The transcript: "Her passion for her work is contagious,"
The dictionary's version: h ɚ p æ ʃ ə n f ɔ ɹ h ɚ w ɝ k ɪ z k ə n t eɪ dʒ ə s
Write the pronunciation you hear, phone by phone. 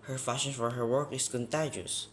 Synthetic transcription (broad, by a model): h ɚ f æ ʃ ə n f ɔ ɹ h ɚ w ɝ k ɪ s k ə n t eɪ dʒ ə s